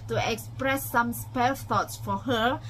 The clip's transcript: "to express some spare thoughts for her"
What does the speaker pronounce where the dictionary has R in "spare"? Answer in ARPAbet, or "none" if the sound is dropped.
L